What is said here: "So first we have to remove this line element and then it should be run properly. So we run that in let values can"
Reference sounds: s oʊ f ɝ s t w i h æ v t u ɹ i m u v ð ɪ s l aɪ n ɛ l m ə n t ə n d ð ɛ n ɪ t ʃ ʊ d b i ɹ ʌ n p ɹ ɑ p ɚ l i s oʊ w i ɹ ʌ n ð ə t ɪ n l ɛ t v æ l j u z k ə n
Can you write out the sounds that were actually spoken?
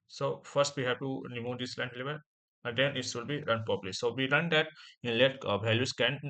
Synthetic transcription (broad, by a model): s oʊ f ɝ s t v i h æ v t u ɹ i m u v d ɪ s l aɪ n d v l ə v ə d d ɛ n ɪ t s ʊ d b i ɹ ʌ n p ɑ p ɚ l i s oʊ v i ɹ ʌ n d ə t ɪ n l ɛ t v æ l j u s k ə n